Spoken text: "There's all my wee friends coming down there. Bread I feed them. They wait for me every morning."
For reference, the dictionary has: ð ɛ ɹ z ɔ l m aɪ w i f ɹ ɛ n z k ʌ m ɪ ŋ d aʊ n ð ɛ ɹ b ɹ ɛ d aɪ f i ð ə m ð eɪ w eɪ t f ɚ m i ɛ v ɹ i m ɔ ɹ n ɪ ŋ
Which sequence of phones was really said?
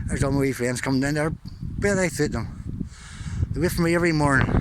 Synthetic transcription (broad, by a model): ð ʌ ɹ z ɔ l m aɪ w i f ɛ n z k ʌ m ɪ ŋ d aʊ n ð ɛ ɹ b ɛ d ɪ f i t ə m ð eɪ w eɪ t f ɚ m i ɛ v ɹ i m ɔ ɹ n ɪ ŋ